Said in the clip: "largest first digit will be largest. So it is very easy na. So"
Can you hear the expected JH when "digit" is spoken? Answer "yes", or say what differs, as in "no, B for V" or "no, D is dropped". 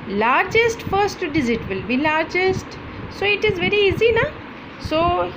no, Z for JH